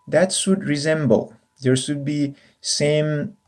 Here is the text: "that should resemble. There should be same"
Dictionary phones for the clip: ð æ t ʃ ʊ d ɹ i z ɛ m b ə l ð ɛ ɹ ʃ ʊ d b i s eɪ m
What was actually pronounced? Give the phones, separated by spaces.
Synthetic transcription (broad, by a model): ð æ t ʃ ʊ d ɹ i z ɛ m b ə l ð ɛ ɹ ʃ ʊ d b i s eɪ m